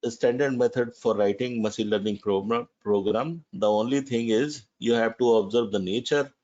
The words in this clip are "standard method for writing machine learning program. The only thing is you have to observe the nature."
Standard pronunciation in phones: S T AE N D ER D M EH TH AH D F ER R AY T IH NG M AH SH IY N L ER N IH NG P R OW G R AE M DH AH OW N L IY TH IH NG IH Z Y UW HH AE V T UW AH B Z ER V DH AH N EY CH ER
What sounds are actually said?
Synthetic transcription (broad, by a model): S T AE N D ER D M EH T AH D F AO R AY T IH NG M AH S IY L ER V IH NG P R OW G R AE M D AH OW N L IY T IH NG IH Z Y UW HH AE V T UW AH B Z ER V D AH N EY CH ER